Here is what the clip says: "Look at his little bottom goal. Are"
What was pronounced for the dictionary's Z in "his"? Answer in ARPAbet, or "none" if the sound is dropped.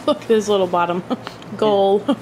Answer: S